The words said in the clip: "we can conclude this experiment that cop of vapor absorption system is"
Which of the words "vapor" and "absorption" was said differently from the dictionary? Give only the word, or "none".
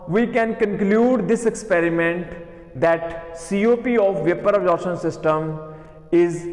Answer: absorption